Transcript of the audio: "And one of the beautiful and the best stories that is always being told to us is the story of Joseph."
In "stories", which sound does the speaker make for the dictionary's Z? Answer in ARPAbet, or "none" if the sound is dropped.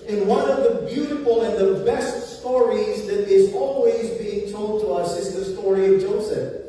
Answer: Z